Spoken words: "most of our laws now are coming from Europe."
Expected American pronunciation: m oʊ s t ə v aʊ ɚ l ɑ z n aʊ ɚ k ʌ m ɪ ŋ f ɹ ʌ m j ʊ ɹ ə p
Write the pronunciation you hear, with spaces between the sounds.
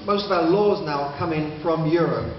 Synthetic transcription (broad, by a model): m oʊ s t ə v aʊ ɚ l ɑ z n aʊ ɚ k ʌ m ɪ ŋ f ɹ ʌ m j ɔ ɹ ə p